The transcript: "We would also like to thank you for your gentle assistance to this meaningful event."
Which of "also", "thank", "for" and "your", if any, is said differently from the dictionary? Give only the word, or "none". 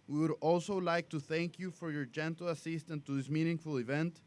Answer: none